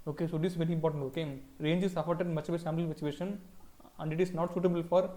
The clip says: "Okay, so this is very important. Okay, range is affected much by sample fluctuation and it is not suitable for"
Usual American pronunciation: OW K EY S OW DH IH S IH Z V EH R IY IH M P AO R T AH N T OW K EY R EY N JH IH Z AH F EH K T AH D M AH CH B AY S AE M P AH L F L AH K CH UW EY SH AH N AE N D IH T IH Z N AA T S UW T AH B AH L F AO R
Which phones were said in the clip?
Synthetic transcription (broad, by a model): OW K EY S OW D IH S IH V EH R IY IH M P AO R T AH N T OW K EY R EY N JH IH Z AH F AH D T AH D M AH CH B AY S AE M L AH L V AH CH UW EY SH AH N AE N D IH T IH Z N AA T S UW T AH B AH L F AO R